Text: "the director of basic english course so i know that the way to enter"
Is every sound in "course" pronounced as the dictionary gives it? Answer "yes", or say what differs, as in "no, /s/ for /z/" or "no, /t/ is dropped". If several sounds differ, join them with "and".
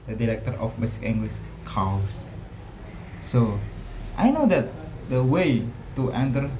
no, /w/ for /ɹ/